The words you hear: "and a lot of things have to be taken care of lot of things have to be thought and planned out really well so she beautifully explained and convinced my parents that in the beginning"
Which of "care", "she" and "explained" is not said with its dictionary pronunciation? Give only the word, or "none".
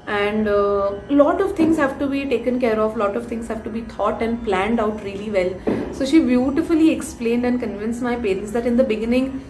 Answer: none